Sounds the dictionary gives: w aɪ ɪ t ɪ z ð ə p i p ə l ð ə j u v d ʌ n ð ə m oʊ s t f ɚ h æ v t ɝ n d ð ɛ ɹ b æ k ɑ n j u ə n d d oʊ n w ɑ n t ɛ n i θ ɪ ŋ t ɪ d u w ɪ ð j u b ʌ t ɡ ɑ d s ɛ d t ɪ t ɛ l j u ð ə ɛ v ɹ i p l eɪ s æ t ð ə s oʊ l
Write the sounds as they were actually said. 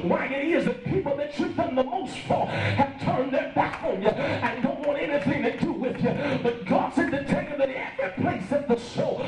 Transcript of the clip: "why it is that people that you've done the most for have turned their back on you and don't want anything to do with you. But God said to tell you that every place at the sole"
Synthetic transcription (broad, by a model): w aɪ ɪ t ɪ z ð ə p i p l ð ə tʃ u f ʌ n ð ə m oʊ s t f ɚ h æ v t ɝ n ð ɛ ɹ b æ k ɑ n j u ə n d d oʊ n w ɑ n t ɛ n i θ ɪ ŋ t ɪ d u w ɪ ð j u b ʌ t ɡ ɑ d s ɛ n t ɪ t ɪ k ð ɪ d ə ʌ ɹ p l eɪ s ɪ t ð ə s oʊ